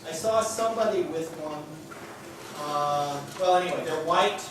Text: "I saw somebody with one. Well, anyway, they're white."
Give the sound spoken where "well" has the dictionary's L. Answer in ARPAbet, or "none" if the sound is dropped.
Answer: W